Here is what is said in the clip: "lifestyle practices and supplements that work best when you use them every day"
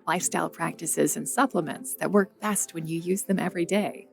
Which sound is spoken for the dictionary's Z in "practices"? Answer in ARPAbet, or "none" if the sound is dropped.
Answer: Z